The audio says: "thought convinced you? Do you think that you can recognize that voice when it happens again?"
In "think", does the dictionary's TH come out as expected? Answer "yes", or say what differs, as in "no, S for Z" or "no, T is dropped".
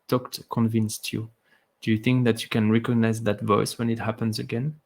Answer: yes